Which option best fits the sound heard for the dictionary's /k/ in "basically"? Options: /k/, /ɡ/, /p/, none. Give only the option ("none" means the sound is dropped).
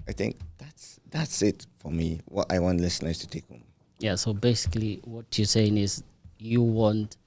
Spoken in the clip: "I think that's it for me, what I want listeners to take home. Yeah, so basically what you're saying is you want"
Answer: /k/